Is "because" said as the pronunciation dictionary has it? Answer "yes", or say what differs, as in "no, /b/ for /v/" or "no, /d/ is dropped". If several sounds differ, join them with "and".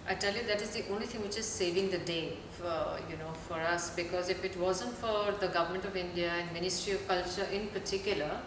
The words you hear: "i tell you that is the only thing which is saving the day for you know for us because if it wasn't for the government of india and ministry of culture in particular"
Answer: yes